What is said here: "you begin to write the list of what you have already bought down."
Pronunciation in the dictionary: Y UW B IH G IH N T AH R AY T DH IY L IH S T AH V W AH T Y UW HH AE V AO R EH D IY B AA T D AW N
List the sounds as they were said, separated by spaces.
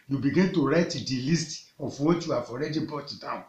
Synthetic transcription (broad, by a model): Y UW B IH G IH N T AH R AY T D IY L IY S T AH F W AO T Y UW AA F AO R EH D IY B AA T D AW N